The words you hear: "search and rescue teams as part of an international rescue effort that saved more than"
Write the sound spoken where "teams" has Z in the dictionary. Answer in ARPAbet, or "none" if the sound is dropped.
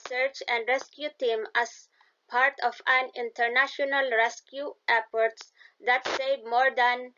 none